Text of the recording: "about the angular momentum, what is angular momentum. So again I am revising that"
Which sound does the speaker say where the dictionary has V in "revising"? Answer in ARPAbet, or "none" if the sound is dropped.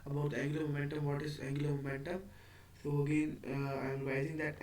none